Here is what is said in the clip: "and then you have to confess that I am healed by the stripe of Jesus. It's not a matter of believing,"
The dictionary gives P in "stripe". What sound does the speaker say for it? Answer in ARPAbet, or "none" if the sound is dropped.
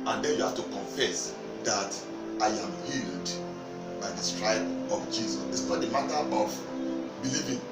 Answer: B